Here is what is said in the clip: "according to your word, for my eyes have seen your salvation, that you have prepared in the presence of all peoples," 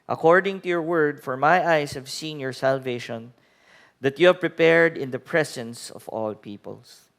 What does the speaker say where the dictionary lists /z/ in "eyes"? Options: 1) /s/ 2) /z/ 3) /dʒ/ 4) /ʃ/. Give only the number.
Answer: 1